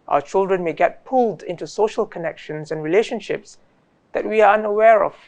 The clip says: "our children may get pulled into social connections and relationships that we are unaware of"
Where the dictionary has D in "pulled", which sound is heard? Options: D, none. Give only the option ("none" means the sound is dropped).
D